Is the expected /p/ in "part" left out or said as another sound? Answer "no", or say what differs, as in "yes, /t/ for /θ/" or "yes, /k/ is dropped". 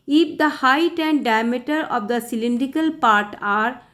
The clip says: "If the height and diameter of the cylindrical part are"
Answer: no